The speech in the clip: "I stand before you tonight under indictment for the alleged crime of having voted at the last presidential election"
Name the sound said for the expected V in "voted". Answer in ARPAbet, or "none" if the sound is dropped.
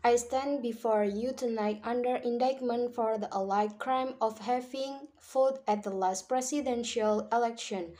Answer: F